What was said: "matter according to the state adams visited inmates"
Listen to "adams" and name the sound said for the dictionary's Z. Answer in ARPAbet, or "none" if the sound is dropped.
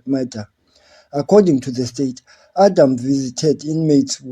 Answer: none